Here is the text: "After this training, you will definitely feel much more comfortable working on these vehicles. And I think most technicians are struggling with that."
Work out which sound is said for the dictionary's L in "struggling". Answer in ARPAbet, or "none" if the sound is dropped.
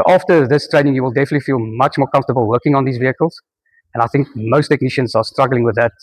L